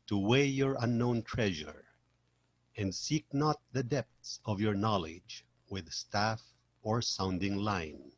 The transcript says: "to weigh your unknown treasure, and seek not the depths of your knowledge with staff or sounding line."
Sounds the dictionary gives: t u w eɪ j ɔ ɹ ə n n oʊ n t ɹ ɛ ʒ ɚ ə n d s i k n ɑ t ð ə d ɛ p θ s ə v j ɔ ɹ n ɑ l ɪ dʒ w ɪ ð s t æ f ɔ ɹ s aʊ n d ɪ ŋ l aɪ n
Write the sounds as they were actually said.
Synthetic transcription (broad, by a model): t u w eɪ j ɔ ɹ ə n n oʊ n t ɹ ɛ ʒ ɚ ə n d s i k n ɑ t ð ə d ɛ p θ s ə v j ɔ ɹ n ɑ l ɪ dʒ w ɪ ð s t æ f ɔ ɹ s aʊ n d ɪ ŋ l aɪ n